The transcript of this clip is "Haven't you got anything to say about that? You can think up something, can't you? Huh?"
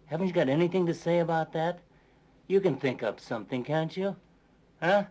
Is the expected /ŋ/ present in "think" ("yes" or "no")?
yes